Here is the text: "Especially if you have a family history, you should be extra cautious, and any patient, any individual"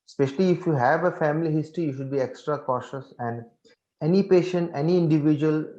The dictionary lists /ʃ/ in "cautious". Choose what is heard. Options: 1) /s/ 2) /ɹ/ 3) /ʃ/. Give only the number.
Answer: 3